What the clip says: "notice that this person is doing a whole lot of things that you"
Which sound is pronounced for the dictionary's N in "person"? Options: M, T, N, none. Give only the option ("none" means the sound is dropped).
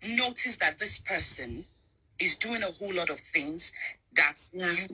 N